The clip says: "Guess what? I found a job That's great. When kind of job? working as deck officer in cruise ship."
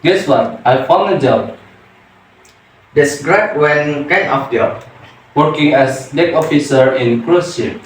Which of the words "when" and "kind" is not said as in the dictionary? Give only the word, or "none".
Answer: kind